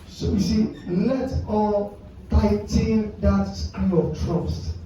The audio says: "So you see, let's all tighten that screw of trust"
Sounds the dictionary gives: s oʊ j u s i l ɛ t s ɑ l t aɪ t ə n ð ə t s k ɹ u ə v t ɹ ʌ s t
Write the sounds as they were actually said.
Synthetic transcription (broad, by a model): s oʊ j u s i l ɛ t ɑ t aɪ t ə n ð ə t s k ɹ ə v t ɹ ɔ s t